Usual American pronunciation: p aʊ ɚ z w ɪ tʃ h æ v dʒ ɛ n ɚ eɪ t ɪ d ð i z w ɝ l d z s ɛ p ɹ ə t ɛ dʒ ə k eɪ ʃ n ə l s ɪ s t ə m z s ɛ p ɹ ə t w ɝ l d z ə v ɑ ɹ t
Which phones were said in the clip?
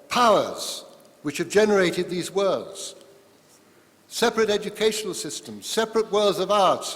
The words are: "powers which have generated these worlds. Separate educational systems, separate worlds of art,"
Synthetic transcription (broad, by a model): p aʊ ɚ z w ɪ tʃ h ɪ v dʒ ɛ n ɚ eɪ t ɪ d ð i z w ɝ l d z s ɛ p ɹ ə t ɛ dʒ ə k eɪ ʃ n l s ɪ s t ə m z s ɛ p ɹ ə t w ɝ l d z ə v ɑ ɹ t